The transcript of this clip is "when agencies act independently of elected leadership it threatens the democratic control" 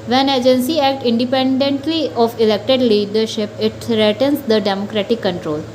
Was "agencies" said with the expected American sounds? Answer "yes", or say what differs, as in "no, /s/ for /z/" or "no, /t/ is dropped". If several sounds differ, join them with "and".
no, /z/ is dropped